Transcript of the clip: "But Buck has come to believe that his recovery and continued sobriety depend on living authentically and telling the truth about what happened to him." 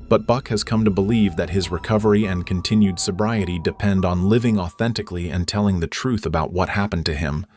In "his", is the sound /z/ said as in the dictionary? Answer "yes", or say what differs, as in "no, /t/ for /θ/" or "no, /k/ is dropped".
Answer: yes